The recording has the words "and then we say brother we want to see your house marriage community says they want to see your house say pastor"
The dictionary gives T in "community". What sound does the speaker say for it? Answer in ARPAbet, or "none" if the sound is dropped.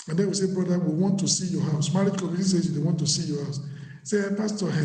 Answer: S